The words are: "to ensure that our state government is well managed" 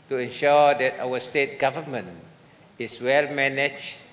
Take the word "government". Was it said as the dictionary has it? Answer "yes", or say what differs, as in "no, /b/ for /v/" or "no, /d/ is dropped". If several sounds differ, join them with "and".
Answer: no, /t/ is dropped